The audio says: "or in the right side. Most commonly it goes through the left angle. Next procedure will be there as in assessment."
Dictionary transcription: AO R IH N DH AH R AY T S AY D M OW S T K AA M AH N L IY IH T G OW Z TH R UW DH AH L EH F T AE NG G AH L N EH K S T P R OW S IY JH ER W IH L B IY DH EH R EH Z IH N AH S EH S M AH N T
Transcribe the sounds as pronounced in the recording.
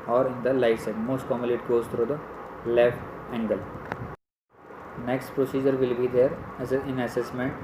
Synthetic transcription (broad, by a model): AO R IH N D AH L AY S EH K M OW S T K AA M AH L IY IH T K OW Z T R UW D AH L EH F T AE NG G AH L N EH K S T P R OW S IY JH ER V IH L B IY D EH R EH IH N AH S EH S M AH N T